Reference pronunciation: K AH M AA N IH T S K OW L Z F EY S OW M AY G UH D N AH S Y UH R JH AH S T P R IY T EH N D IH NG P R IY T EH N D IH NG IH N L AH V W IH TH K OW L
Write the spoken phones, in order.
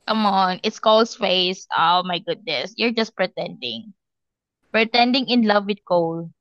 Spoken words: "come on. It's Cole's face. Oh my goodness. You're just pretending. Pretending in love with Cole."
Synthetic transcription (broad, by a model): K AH M AA N IH T S K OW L S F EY S OW M AY G UH D N AH S Y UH R JH AH S T P R IY T EH N D IH NG P R IY T EH N D IH NG IH N L AH V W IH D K OW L